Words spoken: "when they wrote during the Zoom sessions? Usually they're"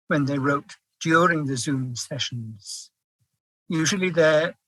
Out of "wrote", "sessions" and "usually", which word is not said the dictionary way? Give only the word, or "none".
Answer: none